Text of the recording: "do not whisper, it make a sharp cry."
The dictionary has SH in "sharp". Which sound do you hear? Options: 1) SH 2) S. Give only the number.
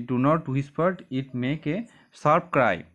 2